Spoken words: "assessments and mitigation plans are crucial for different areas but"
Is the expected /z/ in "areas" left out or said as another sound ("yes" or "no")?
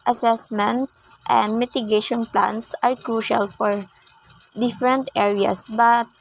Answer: yes